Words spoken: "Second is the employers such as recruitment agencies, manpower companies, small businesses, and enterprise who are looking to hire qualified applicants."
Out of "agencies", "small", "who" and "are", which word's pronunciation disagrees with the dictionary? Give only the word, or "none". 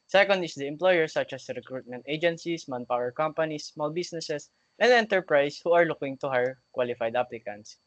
agencies